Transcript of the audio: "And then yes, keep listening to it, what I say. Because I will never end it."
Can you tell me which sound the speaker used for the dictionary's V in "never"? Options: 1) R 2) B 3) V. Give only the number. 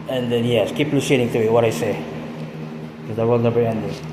2